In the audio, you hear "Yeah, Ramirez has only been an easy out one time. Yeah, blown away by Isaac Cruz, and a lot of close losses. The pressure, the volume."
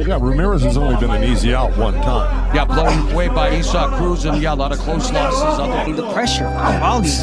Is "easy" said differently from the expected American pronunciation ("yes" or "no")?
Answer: no